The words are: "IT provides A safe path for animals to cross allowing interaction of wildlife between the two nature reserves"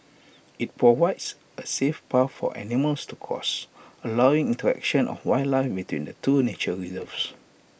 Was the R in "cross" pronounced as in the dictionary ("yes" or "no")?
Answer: no